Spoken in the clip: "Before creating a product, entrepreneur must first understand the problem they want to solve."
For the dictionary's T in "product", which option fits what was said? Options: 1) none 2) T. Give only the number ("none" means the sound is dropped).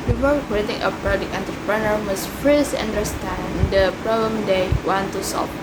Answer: 1